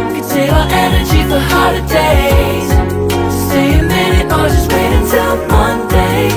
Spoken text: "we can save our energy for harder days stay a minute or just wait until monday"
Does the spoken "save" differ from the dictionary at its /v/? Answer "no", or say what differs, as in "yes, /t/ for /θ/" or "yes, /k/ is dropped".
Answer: yes, /v/ is dropped